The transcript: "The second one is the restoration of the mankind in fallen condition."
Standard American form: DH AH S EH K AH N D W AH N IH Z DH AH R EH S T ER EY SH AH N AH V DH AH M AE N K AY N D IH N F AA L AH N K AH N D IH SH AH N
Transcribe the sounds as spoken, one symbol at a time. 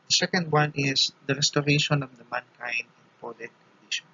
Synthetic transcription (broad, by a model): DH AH S EH K AH N D W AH N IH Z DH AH R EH S T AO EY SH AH N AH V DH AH M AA N K AY N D IH N P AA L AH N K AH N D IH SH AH N